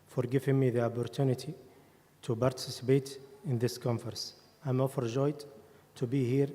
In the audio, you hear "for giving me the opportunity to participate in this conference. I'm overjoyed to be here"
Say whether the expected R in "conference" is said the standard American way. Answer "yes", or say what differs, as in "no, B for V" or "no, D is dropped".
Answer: no, R is dropped